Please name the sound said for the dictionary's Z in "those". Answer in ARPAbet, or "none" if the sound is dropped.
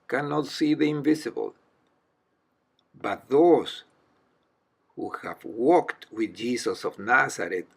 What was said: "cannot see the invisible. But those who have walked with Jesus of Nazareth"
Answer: S